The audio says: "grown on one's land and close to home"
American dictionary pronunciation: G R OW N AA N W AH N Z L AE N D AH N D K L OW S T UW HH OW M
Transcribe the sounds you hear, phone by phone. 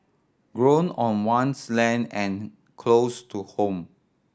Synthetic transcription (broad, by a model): G R OW N AA N W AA N S L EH N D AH N K L OW S T UW HH OW M